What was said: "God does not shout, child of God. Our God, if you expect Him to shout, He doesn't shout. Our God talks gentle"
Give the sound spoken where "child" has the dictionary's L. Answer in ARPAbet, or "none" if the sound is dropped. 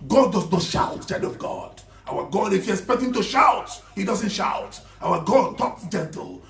none